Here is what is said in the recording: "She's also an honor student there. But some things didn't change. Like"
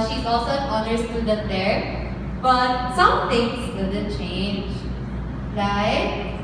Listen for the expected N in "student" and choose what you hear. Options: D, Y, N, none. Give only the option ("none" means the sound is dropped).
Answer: none